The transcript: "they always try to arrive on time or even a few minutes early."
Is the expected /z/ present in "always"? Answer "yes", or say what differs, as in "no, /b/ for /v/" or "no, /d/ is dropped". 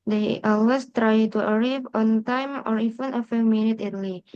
no, /s/ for /z/